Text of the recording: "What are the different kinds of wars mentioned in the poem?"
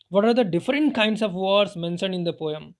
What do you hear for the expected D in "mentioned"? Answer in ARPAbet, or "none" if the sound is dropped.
none